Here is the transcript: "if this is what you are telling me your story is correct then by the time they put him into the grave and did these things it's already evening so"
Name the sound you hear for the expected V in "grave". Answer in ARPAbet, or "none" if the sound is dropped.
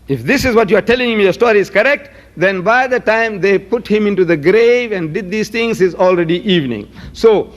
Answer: V